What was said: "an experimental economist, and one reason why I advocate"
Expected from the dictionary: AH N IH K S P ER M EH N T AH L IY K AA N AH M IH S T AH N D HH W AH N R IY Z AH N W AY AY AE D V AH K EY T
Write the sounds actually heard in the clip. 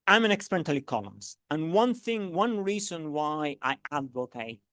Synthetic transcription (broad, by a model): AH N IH K S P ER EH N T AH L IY K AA L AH M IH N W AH N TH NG W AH N R IY Z AH N W AY AY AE D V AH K EY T